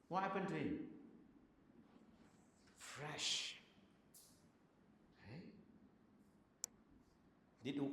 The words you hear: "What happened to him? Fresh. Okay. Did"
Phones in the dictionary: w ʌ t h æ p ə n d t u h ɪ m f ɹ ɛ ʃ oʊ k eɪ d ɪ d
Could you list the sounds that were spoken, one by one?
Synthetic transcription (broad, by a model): w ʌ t h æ p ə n t u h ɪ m f ɹ ɛ ʃ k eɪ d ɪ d